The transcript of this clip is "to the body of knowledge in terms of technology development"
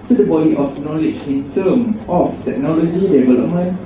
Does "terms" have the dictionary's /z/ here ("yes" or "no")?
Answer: no